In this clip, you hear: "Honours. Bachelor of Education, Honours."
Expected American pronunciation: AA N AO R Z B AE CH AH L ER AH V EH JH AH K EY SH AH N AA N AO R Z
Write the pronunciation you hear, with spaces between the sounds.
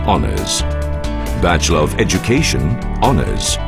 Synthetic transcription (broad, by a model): AA N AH R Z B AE CH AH L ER AH V EH JH AH K EY SH AH N AA N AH R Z